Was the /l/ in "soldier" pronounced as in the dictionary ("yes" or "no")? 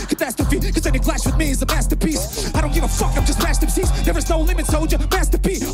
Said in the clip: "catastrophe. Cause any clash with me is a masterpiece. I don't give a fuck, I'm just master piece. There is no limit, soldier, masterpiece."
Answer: no